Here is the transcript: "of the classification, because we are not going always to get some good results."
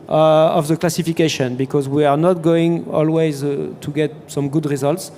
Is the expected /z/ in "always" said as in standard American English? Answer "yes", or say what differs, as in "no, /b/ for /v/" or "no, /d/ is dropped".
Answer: yes